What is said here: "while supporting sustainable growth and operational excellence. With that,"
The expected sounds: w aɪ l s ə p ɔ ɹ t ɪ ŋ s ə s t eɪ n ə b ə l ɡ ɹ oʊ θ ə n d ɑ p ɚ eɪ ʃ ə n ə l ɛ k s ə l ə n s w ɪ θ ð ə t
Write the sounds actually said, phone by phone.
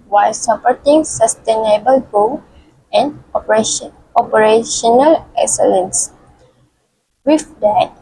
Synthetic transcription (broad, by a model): w aɪ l s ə p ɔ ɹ t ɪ ŋ s ə s t eɪ n ə b ə l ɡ oʊ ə n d ɑ p ɚ eɪ ʃ ə n ə l ɛ k s ə l ə n s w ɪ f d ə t